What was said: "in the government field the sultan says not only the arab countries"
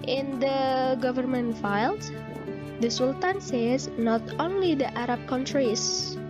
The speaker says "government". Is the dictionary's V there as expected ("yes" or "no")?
yes